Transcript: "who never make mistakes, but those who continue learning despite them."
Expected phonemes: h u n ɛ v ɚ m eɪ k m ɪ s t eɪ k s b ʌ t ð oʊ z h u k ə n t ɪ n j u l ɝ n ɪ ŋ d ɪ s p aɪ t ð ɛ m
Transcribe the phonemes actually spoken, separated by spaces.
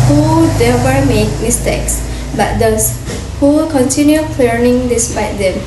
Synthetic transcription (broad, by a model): h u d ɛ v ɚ m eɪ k m ɪ s t eɪ k s b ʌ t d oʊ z h u k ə n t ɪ n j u l ɝ n ɪ ŋ d ɪ s p aɪ t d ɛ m